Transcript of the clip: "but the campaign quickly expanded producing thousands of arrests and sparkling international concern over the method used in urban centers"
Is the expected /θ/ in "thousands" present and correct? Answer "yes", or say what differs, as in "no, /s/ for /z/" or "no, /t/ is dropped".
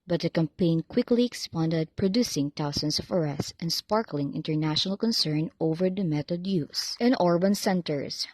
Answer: no, /t/ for /θ/